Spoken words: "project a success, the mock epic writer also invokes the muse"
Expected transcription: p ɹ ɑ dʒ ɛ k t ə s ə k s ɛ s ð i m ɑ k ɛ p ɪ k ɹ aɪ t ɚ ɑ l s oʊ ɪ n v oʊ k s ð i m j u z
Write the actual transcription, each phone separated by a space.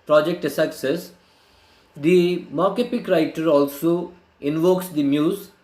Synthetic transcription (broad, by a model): p ɹ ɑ dʒ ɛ k t ə s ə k s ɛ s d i m ɑ k ɛ p ɪ k ɹ aɪ t ɚ ɑ l s oʊ ɪ n v oʊ k s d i m j u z